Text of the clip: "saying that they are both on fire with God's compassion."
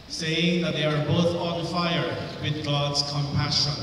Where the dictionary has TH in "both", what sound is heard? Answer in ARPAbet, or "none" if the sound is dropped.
TH